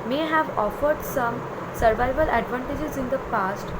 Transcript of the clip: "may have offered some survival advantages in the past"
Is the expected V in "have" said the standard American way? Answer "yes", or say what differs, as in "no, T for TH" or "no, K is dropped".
yes